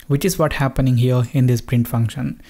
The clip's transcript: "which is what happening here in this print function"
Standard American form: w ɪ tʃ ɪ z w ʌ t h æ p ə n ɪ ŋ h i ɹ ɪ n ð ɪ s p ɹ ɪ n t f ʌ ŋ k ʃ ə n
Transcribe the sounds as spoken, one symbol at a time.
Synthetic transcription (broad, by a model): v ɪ tʃ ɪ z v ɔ t h æ p ə n ɪ ŋ h i ɹ ɪ n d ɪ s p ɹ ɪ n t f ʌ ŋ k ʃ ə n